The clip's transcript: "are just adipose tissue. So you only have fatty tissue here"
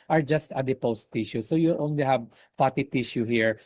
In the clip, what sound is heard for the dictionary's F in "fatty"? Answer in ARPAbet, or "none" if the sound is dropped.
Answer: P